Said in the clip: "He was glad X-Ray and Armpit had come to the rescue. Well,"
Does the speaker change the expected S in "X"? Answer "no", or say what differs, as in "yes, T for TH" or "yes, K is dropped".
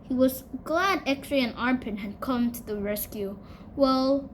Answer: yes, S is dropped